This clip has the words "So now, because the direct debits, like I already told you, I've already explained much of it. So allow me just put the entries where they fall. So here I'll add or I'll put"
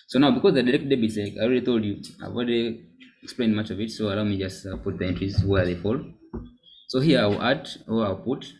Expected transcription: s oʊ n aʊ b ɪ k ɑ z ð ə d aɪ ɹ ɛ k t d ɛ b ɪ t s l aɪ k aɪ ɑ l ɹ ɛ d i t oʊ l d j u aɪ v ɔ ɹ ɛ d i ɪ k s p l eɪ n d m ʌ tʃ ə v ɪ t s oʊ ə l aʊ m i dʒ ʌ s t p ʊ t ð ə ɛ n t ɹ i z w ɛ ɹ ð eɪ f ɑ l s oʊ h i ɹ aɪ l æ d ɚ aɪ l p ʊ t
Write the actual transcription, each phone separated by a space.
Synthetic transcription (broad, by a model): s oʊ n aʊ b ɪ k ɑ z ð ə d aɪ ɹ ɛ k t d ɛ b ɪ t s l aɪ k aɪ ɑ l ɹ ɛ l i t oʊ l d j u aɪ w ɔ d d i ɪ k s p l eɪ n m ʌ tʃ ə v ɪ t s oʊ ə l aʊ m i dʒ ʌ s t p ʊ t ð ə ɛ n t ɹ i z w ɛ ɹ ð eɪ f ɑ l s oʊ h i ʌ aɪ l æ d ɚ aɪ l p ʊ t